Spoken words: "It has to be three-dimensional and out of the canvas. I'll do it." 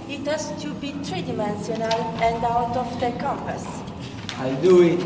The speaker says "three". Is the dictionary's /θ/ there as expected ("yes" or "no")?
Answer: no